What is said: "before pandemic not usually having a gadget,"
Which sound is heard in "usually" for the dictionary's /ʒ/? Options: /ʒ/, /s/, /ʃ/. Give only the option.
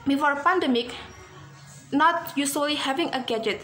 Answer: /s/